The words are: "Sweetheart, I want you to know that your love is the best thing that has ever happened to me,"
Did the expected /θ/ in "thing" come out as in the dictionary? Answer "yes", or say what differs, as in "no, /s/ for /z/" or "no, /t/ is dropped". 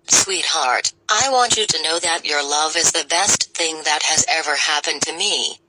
yes